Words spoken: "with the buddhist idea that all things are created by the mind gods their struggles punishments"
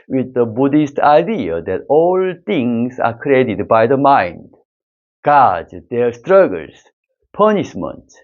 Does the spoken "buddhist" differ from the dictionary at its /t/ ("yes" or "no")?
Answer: no